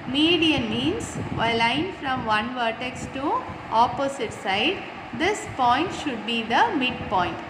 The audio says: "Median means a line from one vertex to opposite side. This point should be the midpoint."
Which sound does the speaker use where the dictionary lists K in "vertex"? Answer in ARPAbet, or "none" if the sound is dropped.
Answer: K